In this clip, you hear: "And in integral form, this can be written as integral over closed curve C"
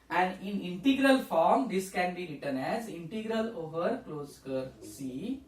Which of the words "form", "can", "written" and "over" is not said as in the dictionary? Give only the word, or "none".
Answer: none